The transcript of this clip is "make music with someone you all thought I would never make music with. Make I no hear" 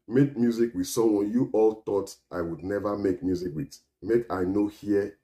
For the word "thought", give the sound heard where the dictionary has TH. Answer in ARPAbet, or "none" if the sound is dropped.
T